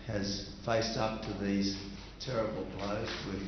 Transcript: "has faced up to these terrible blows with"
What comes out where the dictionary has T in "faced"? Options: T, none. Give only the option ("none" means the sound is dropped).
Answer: T